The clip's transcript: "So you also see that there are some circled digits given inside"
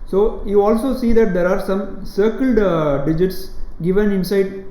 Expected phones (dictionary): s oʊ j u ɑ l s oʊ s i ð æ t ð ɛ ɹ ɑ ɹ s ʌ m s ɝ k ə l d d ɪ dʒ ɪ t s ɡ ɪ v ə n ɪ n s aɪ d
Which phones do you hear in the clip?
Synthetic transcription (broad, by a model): s oʊ j u ɑ l s oʊ s i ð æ t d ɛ ɹ ɑ ɹ s ʌ m s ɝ k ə l d d ɪ dʒ ɪ t s ɡ ɪ v ə n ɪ n s aɪ d